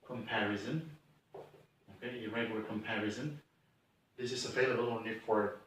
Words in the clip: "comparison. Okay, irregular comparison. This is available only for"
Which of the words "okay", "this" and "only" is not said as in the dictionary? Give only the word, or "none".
only